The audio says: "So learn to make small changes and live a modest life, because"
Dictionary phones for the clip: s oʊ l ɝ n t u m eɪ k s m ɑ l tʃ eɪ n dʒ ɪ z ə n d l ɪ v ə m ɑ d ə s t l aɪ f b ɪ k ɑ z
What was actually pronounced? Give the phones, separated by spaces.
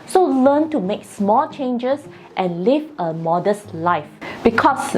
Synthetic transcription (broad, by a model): s oʊ l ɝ n t u m eɪ k s m ɑ l tʃ eɪ n dʒ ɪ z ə n l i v ə m ɑ d ə s t l aɪ f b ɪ k ɑ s